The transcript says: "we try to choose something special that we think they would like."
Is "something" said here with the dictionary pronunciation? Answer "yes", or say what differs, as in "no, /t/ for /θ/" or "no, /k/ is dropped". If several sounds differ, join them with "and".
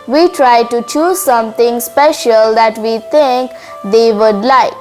no, /t/ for /θ/